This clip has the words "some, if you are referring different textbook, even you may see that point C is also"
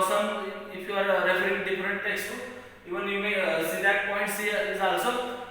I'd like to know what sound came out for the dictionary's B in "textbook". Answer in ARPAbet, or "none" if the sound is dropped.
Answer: none